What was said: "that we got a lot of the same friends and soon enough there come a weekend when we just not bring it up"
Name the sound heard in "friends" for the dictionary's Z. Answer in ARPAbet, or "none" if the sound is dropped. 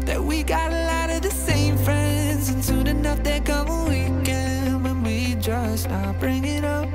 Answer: Z